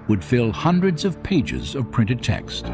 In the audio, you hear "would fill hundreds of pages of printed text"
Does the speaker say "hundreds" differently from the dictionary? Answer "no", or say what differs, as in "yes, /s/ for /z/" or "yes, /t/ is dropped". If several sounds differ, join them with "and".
no